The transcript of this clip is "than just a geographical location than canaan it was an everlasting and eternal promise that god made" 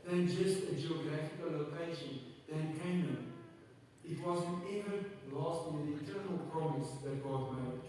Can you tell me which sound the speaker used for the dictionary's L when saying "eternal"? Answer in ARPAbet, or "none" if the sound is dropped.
L